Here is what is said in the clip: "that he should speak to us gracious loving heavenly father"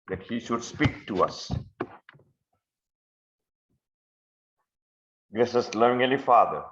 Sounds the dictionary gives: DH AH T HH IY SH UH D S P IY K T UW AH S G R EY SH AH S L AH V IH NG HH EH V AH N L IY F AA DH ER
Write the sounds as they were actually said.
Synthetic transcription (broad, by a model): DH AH T HH IY SH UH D S P IY K T UW AH S G R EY S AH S L AH V IH NG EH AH L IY F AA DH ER